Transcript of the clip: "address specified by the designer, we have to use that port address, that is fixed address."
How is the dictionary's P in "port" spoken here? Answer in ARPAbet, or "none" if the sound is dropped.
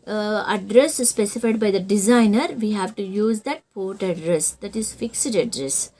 P